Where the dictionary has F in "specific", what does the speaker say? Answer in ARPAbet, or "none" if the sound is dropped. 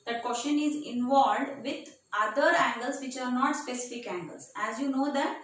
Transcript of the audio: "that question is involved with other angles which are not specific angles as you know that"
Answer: F